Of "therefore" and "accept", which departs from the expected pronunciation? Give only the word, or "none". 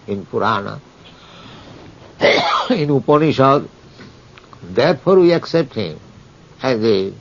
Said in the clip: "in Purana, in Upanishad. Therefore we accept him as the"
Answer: therefore